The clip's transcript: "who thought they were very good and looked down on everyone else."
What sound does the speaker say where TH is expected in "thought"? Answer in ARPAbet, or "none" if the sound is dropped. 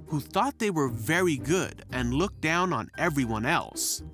TH